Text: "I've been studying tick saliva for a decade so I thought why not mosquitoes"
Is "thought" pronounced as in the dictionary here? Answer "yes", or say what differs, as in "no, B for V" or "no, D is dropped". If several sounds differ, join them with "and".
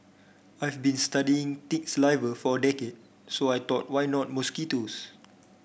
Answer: no, T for TH